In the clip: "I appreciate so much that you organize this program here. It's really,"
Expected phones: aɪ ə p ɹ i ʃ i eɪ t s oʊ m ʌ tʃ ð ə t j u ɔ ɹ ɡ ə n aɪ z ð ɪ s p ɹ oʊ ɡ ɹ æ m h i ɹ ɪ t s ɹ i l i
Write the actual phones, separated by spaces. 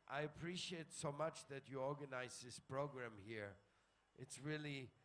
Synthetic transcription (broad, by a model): aɪ ə p ɹ i ʃ i eɪ t s oʊ m ʌ tʃ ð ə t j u ɔ ɹ ɡ ə n aɪ z ð ɪ s p ɹ oʊ ɡ ɹ æ m h i ɹ ɪ t s ɹ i l i